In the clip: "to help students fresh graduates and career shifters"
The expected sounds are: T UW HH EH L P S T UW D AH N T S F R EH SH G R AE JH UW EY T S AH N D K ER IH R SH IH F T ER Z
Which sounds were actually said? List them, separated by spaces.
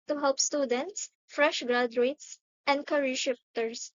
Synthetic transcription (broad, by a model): T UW HH EH L P S T UW D AH N T S F R EH SH G R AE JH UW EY T S AH N D K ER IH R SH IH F T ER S